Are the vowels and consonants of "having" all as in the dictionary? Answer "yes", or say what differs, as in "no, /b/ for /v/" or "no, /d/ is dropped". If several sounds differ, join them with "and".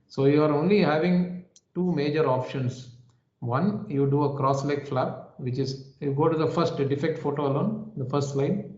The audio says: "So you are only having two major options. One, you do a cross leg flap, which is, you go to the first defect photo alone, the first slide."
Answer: yes